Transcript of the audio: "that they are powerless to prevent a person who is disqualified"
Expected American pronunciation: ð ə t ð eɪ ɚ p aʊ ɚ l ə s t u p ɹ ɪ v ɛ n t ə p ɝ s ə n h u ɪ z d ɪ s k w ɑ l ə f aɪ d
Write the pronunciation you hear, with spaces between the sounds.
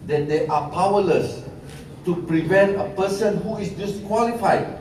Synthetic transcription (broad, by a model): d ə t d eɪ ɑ p aʊ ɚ l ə s t u p ɹ ɪ v ɛ n t ə p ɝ s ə n h u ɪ s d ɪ s k w ɑ l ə f aɪ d